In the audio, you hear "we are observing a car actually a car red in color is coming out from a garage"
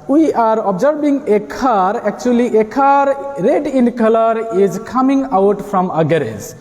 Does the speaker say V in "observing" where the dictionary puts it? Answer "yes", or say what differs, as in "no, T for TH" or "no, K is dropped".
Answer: no, B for V